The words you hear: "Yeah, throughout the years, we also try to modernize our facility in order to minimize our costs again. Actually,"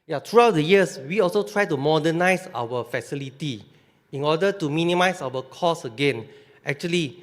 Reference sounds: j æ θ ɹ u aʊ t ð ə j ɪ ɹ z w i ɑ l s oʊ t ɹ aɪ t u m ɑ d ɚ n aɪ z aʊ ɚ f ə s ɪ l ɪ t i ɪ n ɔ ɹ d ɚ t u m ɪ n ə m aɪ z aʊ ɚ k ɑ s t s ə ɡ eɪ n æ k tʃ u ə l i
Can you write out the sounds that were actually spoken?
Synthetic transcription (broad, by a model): j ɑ t ɹ u aʊ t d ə j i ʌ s w i ɑ l s oʊ t ɹ aɪ t u m ɑ d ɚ n aɪ s aʊ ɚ f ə s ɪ l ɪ t i ɪ n ɔ d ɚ t u m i n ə m aɪ s aʊ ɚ k ɑ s s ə ɡ eɪ n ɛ k tʃ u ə l i